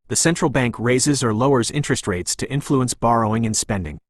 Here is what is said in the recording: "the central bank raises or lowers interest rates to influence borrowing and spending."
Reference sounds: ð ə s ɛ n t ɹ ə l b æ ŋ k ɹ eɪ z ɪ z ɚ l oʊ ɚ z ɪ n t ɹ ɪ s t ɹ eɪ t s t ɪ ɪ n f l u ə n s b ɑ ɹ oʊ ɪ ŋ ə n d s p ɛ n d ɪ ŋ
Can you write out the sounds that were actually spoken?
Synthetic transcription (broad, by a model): ð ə s ɛ n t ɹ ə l b æ ŋ k ɹ eɪ z ɪ z ɚ l oʊ ɚ z ɪ n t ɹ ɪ s t ɹ eɪ t s t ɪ ɪ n f l u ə n s b ɑ ɹ oʊ ɪ ŋ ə n s p ɛ n d ɪ ŋ